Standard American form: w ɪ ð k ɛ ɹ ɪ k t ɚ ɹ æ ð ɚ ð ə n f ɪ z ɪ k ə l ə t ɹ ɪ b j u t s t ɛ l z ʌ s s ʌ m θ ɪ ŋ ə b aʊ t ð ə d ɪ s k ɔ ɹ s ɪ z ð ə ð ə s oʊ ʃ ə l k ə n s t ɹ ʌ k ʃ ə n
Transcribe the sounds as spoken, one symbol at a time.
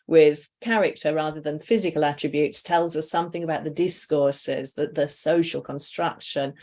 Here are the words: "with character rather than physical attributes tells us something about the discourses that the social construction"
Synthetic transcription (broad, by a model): w ɪ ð k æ ɹ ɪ k t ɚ ɹ æ ð ɚ ð ə n f ɪ z ɪ k ə l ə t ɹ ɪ b j u t s t ɛ l z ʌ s s ʌ m θ ɪ ŋ ə b aʊ t ð ə d ɪ s k ɔ ɹ s ɪ z ð ə ð ə s oʊ ʃ ə l k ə n s t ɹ ʌ k ʃ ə n